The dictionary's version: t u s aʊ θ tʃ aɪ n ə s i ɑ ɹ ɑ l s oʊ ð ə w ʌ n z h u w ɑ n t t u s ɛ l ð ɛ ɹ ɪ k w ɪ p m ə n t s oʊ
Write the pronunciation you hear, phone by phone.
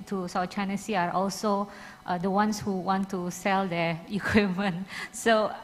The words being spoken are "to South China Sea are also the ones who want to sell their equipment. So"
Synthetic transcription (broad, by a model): t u s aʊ t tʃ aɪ n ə s i ɑ ɹ ɑ l s oʊ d ə w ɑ n s h u w ɑ n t t u s ɛ l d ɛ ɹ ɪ k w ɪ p m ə n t s oʊ